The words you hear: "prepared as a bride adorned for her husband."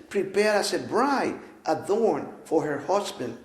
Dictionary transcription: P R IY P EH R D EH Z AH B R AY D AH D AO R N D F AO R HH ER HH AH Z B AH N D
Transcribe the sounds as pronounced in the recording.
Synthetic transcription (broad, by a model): P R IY P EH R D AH S AH B R AY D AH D AO R N F AO R HH ER HH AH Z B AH N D